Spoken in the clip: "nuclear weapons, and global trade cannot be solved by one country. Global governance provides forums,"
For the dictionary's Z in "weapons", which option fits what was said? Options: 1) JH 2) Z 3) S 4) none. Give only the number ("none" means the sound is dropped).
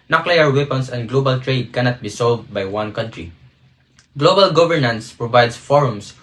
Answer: 3